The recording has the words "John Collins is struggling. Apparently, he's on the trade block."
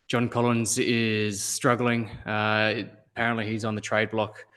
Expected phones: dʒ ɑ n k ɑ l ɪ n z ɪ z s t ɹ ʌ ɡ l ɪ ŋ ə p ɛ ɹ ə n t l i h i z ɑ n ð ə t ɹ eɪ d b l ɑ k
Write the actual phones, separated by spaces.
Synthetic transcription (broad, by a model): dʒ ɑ n k ɑ l ɪ n z ɪ z s t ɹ ʌ ɡ l ɪ ŋ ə p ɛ ɹ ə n t l i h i z n ð ə t ɹ eɪ d b l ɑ k